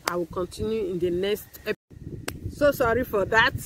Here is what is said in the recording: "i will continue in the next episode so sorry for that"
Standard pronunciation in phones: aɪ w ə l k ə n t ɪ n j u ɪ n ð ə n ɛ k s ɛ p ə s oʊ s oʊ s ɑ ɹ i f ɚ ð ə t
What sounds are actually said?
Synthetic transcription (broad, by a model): aɪ w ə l k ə n t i n j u ɪ n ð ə n ɛ k s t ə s s oʊ s ɑ ɹ i f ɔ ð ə t